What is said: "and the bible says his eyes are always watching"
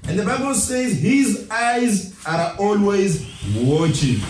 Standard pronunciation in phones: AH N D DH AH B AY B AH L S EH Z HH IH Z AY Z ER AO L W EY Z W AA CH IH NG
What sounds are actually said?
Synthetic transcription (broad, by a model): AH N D DH AH B AY B AH L S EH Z HH IH Z AY Z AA AO L W EY Z W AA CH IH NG